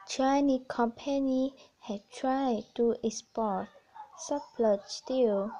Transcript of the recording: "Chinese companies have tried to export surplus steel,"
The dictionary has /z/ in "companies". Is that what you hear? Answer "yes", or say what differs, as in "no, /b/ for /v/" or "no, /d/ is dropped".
no, /z/ is dropped